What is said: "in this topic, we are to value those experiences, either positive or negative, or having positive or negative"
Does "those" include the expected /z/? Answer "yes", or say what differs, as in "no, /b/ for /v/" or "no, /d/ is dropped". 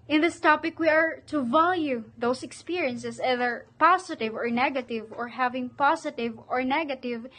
no, /s/ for /z/